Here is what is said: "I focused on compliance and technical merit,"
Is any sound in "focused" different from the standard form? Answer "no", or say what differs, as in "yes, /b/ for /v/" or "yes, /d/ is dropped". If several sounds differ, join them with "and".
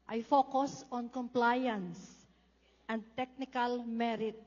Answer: yes, /t/ is dropped